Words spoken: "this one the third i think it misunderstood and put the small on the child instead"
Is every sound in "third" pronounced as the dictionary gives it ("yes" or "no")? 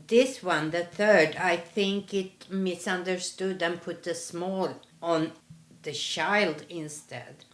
yes